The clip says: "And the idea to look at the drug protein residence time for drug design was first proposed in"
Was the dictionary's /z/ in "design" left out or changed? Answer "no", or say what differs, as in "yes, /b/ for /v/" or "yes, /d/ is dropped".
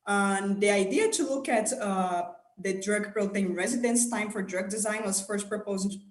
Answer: no